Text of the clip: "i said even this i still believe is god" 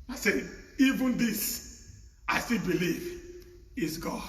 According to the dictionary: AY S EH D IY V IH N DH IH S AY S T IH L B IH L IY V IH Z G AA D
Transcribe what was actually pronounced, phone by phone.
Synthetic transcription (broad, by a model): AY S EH IY V IH N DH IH S AY S T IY L B IH L IY V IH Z G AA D